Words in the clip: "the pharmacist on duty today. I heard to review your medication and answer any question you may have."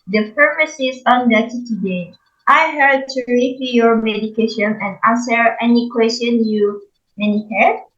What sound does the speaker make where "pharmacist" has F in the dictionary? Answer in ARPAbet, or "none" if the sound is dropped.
P